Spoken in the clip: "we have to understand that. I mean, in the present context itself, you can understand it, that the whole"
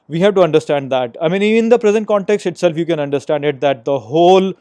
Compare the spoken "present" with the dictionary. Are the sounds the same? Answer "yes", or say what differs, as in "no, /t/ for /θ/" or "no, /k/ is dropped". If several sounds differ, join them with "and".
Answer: yes